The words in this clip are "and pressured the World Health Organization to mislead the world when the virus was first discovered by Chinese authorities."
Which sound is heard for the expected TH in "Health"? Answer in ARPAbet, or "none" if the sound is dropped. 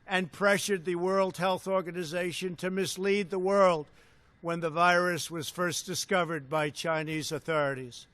TH